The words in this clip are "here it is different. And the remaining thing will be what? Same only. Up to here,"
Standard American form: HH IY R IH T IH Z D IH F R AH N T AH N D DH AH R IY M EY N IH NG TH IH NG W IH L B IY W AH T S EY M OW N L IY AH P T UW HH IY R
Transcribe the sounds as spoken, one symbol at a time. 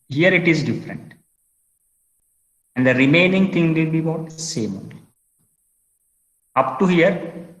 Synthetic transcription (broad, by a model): HH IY R IH T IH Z D IH F R AH N T AH N D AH R IY M EY N IH NG T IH NG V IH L B IY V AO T S EY M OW L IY AH P T UW HH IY R